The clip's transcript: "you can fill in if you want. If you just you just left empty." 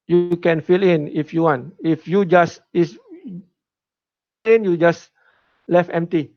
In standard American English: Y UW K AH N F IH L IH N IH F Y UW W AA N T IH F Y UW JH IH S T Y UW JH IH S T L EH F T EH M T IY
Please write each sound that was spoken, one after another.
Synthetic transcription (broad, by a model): Y UW K AH N F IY L IH N IH F Y UW W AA N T IH F Y UW JH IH S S Y UW JH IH S L EH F EH M T IY